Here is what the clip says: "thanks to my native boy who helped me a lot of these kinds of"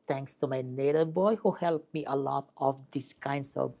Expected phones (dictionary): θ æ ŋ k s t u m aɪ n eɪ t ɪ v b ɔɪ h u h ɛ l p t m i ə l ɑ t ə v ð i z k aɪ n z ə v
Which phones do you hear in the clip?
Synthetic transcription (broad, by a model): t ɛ ŋ k s t u m aɪ n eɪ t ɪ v b ɔɪ h u h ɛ l p m i ə l ɑ t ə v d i s k aɪ n s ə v